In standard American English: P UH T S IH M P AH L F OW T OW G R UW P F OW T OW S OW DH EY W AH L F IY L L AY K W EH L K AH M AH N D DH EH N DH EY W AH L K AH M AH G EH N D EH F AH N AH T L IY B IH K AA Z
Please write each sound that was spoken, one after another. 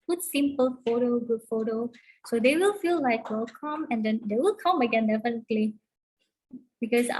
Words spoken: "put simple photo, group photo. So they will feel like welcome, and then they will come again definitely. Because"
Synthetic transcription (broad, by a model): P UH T S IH M P AH L F OW T OW G UW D F OW T OW S OW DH EY W AH L F IY L L AY K W EH L K AH M AH N D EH N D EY W AH L K AH M AH G EH N D EH F AH N AH T L IY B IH K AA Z